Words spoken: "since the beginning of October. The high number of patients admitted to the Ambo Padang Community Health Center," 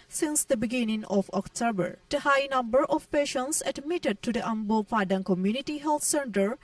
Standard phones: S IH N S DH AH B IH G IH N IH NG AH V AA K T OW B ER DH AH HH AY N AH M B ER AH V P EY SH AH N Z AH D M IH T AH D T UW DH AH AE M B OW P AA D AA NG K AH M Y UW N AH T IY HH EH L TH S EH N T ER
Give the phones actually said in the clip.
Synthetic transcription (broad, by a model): S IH N S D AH B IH G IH N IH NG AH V AA K T OW B ER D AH HH AY N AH M B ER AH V P EY SH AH N S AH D M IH T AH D T UW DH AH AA M B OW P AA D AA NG K AH M Y UW N AH T IY HH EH L T S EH N T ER